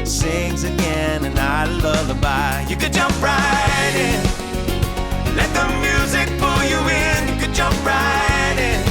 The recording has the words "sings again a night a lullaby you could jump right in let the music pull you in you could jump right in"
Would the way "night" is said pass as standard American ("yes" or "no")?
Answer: no